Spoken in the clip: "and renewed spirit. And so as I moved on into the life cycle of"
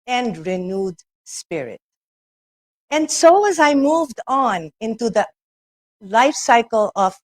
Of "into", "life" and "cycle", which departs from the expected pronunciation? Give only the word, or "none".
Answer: none